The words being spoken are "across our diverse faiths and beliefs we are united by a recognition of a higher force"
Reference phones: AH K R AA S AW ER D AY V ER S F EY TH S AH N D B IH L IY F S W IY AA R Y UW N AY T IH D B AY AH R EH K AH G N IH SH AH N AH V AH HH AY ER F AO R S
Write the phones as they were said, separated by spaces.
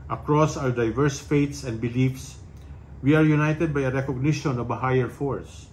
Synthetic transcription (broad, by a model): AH K R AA S AW ER D AY V ER S F EY T S AH N D B IH L IY F S W IY AA R Y UW N AY T IH D B AY AH R EH K AH G N IH SH AH N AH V AH HH AY ER F AO R S